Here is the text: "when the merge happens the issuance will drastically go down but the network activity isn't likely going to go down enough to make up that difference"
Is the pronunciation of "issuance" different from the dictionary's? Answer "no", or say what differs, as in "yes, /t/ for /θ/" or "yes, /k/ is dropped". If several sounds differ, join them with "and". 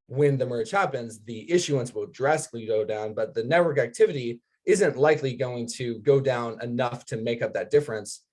no